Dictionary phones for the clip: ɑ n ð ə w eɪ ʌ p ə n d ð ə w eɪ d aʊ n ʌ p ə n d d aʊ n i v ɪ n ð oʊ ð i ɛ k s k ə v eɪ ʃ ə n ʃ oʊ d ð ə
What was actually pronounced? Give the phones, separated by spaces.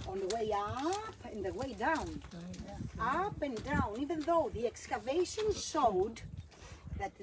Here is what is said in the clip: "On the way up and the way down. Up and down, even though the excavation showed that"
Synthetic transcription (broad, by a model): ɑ n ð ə w eɪ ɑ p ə n ð ə w eɪ d aʊ n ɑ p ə n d d aʊ n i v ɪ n ð oʊ ð i ɛ k s k ə v eɪ ʃ ə n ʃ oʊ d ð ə